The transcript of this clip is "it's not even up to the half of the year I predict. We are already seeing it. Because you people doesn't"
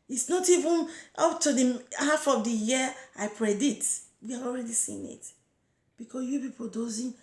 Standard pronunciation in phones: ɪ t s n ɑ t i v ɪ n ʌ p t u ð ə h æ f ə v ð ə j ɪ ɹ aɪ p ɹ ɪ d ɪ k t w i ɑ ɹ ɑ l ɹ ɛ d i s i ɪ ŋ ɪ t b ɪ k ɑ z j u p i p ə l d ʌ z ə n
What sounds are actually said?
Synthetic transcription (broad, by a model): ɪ t s n ɑ t i v ɪ n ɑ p t u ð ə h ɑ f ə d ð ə j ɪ aɪ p ɹ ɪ d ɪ t w i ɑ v ɑ l ɹ ɛ d i s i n ɪ t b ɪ k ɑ s j u p i p ə l d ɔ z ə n